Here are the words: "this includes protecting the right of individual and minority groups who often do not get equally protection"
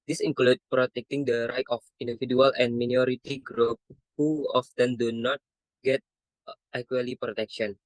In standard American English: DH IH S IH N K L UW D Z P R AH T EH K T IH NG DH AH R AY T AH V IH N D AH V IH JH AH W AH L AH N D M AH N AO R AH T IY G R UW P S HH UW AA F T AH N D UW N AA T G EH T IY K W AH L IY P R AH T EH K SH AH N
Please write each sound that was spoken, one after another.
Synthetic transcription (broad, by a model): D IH S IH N K L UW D P R AH T EH K T IH NG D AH R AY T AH F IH N D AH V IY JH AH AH L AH N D M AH N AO R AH T IY G R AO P HH UW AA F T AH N D UW N AA T G EH T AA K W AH L IY P R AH T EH K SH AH N